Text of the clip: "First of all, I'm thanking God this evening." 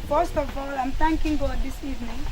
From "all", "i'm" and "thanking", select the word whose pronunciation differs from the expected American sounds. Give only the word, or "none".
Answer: thanking